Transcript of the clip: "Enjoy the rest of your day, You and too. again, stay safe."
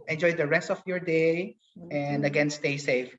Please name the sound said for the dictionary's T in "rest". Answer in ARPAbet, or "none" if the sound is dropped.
T